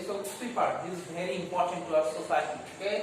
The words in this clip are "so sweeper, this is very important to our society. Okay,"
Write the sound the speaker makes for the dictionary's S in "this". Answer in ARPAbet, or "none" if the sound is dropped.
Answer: none